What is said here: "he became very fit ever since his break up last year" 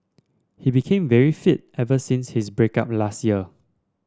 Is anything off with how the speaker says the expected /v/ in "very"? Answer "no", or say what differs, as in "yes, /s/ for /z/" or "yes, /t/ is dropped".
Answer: no